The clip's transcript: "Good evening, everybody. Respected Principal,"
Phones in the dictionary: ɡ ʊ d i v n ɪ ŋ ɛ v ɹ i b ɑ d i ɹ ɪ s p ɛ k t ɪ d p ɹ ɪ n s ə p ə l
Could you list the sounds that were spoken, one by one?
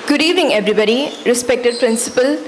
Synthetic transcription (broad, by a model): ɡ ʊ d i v ɪ ŋ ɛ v ɹ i b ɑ d i ɹ ɪ s p ɛ k t ɪ d p ɹ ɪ n s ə p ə l